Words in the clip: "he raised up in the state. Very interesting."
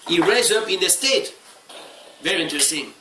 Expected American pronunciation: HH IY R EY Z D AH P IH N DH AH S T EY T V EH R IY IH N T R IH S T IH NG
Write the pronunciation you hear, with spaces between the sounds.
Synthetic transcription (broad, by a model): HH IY R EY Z AH P IH N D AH S T EY T V EH R IY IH N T R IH S T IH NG